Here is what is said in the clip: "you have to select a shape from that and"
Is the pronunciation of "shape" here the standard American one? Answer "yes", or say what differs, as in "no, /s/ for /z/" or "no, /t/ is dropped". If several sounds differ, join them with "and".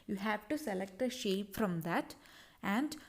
yes